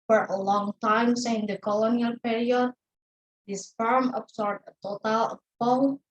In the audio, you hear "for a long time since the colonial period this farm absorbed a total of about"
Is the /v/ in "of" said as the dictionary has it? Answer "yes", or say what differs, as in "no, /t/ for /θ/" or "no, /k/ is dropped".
no, /p/ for /v/